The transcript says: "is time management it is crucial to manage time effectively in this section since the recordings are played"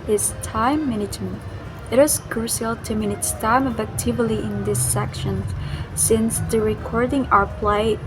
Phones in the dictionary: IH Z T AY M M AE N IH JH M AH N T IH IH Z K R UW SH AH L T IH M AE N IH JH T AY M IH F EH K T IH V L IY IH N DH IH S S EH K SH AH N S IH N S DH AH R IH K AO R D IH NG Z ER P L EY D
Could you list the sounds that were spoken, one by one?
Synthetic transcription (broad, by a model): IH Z T AY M M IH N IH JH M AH T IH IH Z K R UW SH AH L T IH M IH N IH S T AY M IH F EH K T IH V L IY IH N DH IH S S EH K SH AH N S IH N S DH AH R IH K AO R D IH NG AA ER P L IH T